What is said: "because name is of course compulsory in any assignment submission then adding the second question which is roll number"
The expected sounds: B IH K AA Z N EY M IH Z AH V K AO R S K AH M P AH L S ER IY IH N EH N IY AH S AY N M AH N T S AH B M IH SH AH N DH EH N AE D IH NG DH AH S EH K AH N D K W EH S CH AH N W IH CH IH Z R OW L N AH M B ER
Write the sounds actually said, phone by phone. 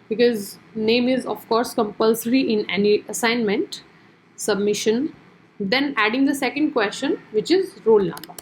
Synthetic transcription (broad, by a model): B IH K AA Z N EY M IH Z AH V K AO R S K AH M P AH L S ER IY IH N EH N IY AH S AY N M AH N T S AH B M IH SH AH N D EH N AE D IH NG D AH S EH K AH N D K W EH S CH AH N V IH CH IH Z R OW L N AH M B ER